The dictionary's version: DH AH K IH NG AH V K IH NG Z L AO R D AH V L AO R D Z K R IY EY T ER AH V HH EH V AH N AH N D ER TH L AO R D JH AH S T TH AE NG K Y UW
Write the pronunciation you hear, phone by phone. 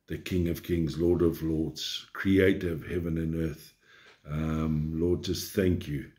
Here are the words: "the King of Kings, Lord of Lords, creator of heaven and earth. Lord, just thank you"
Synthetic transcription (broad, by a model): DH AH K IH NG AH V K IH NG Z L AO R D AH V L AO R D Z K R IY EY T ER AH V HH EH V AH N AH N ER TH L AO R D JH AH S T TH AE NG K Y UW